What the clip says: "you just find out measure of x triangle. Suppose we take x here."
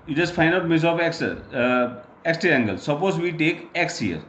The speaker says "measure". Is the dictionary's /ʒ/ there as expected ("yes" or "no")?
no